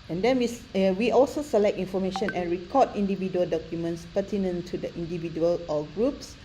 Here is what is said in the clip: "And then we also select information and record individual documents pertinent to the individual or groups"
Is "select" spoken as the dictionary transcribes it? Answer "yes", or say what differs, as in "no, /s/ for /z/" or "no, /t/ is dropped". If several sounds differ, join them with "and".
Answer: yes